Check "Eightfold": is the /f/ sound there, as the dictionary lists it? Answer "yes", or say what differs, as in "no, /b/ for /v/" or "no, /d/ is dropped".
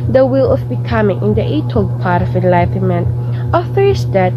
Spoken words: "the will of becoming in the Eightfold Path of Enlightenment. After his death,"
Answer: no, /f/ is dropped